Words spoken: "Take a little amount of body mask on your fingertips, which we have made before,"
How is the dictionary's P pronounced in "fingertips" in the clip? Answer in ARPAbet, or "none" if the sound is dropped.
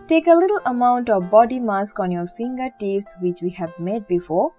F